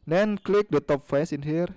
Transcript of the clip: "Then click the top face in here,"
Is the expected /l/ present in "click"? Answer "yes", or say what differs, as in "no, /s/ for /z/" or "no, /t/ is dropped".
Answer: yes